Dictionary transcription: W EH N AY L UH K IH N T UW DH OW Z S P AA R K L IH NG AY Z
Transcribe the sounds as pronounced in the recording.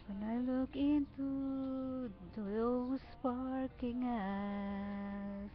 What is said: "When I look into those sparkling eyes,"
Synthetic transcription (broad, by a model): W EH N AY L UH K IH N T UW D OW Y S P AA R K IH NG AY